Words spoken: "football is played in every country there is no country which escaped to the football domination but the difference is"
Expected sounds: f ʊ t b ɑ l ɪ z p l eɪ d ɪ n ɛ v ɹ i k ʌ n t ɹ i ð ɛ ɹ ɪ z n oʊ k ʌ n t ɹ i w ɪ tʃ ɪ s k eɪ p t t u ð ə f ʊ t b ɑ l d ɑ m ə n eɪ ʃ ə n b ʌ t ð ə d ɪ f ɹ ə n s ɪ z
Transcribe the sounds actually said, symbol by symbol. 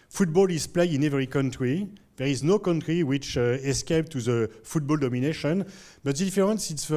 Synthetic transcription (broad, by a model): f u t b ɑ l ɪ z p l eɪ ɪ n ɛ v ɹ i k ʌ n t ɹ i ð ɛ ɹ ɪ z n oʊ k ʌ n t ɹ i w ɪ tʃ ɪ s k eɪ p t t u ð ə f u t b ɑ l d ɑ m ə n eɪ ʃ ə n b ʌ t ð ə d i f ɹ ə n s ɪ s